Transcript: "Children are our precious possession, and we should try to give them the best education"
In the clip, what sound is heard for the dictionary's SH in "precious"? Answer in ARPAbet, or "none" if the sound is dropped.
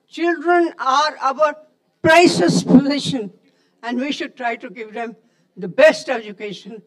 S